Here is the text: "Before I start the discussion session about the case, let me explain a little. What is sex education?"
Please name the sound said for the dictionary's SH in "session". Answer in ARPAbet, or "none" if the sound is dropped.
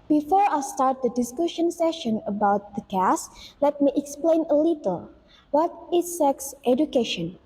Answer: SH